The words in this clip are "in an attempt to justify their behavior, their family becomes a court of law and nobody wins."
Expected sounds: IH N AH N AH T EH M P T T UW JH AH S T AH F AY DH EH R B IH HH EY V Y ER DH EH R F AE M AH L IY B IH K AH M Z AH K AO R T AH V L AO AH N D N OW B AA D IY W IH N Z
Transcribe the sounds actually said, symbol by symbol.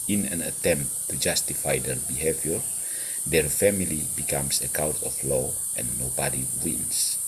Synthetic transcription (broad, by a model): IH N AH N AH T EH M P T T UW JH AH S T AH F AY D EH R B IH HH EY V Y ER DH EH R F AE M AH L IY B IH K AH M S AH K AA W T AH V L AO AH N N OW B AA D IY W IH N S